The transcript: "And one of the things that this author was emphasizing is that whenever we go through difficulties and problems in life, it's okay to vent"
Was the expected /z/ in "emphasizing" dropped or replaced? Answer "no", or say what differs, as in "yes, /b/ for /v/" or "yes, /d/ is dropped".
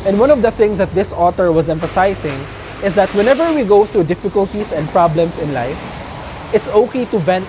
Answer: yes, /s/ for /z/